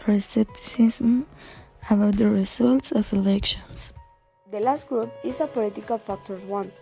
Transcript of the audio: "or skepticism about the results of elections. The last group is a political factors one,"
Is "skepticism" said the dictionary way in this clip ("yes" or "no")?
no